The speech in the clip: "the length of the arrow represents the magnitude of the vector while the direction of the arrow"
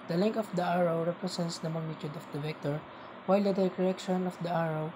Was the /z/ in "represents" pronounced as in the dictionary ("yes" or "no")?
no